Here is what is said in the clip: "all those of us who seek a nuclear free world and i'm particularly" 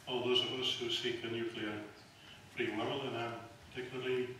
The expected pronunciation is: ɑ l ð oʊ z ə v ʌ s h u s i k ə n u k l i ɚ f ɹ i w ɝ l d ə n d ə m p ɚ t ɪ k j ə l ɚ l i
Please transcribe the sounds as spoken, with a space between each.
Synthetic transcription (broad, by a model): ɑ l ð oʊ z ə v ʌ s h u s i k ə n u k l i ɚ f ɹ i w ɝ l ə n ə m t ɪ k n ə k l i